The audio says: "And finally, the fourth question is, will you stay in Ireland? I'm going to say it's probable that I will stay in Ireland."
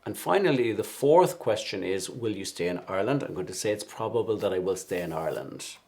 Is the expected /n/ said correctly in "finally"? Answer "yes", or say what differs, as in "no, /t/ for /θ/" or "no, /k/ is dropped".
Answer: yes